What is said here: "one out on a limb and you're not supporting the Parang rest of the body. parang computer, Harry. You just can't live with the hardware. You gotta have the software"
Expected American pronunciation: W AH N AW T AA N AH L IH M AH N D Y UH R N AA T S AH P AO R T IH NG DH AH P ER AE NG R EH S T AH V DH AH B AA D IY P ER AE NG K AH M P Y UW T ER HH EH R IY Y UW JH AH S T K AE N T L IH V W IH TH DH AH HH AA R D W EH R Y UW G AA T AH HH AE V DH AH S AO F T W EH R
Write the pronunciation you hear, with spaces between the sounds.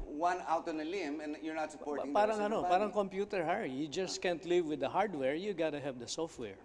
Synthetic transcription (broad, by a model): W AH N AW T AA N AH L IH M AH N Y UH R N AA T S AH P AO R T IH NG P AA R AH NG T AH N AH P AA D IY NG K AH M P Y UW T ER HH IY Y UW JH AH S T K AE N T L IH V W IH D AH HH AA R D W EH R Y UW G AA T AH HH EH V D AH S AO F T W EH R